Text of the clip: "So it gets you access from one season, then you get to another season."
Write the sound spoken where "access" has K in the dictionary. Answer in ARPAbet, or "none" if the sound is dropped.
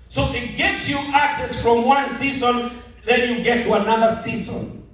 K